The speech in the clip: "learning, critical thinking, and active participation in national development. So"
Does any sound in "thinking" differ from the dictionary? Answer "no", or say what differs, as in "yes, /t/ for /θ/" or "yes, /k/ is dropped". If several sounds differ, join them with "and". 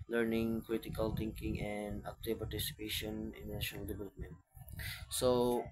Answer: yes, /t/ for /θ/